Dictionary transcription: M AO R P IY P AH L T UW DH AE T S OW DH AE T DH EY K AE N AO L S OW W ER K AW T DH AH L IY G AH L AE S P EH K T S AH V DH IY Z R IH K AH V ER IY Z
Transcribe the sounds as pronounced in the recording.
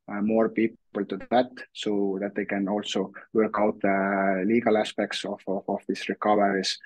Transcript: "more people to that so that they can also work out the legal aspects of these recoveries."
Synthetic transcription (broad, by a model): M AO R P IY P AH L T UW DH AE T S OW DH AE T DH EY K AE N AO L S OW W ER K AW T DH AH L IY G AH L AE S P EH K T S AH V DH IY S R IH K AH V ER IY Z